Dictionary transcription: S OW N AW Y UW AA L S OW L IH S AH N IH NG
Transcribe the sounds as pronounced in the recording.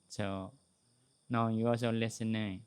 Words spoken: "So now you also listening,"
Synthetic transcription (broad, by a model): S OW N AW Y UW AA S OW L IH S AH N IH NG